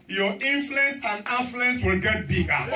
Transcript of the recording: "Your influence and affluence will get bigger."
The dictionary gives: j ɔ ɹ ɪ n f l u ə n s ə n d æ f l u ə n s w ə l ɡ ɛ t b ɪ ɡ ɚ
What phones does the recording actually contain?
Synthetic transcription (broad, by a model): j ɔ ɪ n f l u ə n s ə n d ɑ f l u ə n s w ə l ɡ ɛ t b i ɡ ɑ